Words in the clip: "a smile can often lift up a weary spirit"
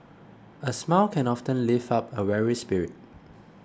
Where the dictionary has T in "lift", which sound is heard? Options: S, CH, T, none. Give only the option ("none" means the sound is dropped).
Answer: none